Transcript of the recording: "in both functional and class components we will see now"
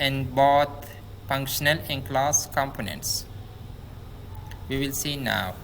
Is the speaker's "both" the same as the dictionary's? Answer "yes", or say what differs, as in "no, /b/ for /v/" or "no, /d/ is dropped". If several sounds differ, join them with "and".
no, /t/ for /θ/